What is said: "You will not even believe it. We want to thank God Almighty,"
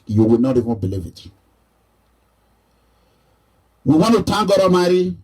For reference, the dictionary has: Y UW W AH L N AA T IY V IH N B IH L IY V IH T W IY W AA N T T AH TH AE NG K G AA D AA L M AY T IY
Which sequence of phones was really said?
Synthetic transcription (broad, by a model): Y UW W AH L N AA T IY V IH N B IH L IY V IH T W IY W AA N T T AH T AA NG G AA D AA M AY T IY